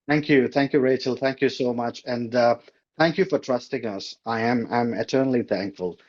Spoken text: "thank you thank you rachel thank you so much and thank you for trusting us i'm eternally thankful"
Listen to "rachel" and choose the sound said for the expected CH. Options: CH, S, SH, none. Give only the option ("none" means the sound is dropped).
CH